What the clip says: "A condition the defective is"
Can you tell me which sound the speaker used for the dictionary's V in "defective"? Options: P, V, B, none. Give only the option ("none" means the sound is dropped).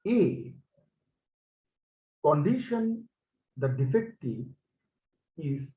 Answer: none